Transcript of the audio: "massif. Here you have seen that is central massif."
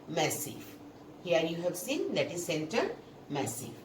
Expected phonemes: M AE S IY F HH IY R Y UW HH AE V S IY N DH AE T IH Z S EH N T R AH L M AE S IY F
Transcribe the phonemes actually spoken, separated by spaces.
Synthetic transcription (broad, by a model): M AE S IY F HH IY R Y UW HH AE V S IY N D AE T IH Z S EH N T AH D M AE S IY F